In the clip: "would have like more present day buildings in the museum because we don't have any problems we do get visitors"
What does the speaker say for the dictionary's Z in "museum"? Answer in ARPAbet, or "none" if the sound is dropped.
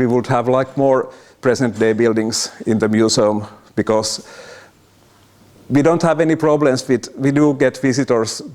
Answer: S